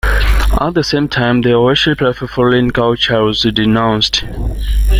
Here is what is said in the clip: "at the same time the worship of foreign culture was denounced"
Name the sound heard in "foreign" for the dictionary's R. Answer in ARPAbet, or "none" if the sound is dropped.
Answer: L